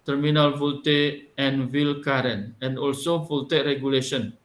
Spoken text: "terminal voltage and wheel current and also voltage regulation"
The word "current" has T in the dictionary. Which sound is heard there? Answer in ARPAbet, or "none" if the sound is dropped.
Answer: none